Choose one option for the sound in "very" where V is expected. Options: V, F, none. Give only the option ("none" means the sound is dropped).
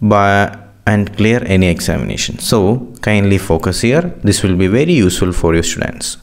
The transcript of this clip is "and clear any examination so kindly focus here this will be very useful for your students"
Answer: V